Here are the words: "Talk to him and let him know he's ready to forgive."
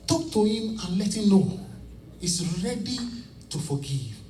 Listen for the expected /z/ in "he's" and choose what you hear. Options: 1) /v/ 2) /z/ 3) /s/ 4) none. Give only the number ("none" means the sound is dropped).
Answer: 3